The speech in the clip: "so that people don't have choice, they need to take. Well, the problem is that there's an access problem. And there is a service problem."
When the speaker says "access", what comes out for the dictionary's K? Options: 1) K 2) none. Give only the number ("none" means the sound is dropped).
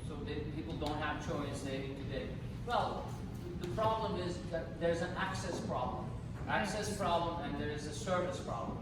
1